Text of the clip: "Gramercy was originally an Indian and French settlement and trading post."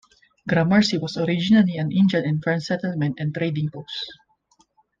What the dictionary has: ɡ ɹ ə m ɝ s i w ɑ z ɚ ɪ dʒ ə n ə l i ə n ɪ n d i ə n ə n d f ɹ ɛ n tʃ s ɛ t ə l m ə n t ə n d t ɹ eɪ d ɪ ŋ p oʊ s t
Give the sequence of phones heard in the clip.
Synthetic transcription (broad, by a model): ɡ ɹ ə m ɝ s i w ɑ s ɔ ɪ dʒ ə n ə l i ə n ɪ n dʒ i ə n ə n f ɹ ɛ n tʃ s ɛ t ə l m ə n t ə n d t ɹ eɪ d ɪ ŋ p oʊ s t